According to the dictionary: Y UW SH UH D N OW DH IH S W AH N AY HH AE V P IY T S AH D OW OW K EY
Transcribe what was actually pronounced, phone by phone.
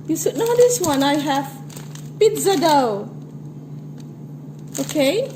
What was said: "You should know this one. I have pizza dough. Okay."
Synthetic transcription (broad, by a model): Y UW S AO N OW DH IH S W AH N AY HH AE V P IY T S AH D OW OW K EY